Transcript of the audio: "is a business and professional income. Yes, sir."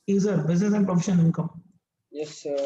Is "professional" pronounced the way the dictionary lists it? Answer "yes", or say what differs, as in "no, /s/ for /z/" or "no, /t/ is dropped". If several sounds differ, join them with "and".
no, /n/ is dropped and /n/ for /l/